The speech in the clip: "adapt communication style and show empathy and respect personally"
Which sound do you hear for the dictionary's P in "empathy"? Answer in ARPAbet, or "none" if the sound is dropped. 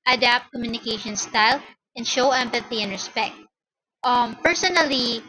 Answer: P